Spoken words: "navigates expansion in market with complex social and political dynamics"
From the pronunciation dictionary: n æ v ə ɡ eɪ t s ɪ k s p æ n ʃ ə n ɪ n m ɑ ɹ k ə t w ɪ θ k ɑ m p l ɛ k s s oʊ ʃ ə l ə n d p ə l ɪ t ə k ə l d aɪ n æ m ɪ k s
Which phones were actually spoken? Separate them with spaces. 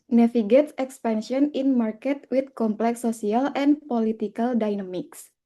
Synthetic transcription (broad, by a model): n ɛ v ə ɡ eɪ t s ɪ k s p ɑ n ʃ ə n ɪ n m ɑ ɹ k ə t w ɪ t k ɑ m p l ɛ k s s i ə l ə n p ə l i t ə k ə l d aɪ n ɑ m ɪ k s